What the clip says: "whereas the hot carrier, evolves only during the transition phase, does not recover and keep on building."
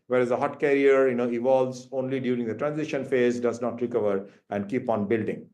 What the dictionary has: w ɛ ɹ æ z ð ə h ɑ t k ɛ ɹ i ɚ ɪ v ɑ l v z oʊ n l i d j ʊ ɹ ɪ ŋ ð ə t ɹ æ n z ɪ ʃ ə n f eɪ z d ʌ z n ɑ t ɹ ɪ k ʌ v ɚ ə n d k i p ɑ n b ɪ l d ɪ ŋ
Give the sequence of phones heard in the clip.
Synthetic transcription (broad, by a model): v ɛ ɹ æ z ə h ɑ t k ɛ ɹ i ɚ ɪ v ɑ l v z oʊ n l i d j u ɹ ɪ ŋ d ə t ɹ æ n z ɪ ʃ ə n f eɪ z d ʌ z n ɑ t ɹ ɪ k ʌ v ɚ ə n d k i p ɑ n b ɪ l d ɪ ŋ